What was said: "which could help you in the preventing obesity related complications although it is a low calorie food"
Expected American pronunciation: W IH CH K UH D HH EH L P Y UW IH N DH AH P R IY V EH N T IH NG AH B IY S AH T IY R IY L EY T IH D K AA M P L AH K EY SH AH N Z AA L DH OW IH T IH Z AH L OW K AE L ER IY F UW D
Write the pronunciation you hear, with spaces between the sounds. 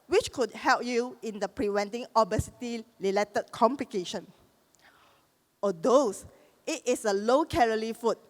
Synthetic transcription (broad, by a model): W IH CH K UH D HH EH L P Y UW IH N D AH P R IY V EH N T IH NG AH B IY S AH T IY L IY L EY T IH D K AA M P L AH K EY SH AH N AA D OW IH T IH S AH L OW K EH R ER IY F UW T